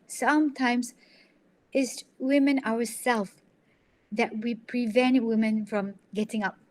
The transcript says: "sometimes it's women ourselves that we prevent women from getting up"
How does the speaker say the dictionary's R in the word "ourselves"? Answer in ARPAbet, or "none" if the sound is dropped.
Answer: W